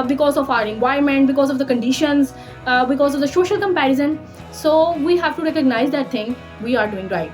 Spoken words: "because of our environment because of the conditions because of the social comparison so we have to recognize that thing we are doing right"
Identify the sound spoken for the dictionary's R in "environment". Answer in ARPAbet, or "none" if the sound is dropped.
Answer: none